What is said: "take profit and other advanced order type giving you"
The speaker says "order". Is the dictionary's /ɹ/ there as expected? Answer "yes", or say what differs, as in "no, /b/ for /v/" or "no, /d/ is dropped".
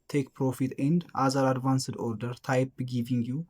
yes